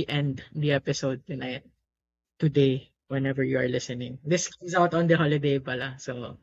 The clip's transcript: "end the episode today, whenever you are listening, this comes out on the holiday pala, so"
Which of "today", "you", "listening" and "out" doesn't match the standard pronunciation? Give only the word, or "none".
none